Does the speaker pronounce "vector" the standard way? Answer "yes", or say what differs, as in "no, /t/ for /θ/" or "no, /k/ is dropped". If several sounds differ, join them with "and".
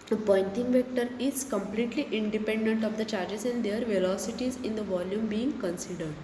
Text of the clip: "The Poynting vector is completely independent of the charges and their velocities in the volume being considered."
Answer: yes